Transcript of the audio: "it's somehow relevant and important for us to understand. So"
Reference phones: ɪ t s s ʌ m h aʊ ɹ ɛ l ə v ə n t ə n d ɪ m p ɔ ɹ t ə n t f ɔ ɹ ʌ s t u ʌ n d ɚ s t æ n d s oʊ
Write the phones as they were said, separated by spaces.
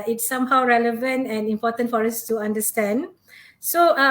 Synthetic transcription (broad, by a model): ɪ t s s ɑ m h aʊ ɹ ɛ l ə v ə n t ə n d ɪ m p ɔ t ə n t f ɔ ɹ s t u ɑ n d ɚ s t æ n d s oʊ